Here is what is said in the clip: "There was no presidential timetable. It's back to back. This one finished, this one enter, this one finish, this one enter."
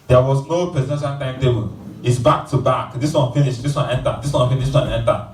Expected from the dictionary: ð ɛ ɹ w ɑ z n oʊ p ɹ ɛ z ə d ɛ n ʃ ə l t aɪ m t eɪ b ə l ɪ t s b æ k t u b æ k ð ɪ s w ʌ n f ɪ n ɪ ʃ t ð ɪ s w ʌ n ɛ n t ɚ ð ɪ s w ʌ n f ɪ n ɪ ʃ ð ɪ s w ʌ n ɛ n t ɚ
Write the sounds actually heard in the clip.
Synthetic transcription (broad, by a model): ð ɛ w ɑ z n oʊ p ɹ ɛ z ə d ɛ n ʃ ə n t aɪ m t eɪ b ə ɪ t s b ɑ k t u b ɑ k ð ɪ s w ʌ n f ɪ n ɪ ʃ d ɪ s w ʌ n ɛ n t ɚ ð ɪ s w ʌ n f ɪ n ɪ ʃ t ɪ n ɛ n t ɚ